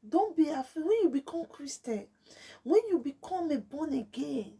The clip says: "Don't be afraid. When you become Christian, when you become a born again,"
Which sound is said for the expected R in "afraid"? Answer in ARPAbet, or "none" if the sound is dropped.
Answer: none